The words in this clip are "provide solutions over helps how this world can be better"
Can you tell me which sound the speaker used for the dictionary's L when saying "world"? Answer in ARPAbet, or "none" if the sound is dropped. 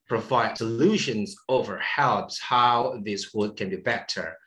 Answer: none